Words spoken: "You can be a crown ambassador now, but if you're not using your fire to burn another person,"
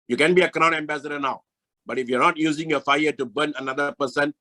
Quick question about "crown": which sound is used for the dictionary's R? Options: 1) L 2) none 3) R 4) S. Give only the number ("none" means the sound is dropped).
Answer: 3